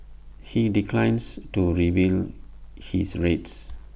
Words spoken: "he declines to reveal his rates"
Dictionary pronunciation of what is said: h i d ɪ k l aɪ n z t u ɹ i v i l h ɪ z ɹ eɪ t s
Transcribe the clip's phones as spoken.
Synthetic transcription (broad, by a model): h i d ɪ k l aɪ n s t u ɹ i b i l h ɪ s ɹ eɪ t s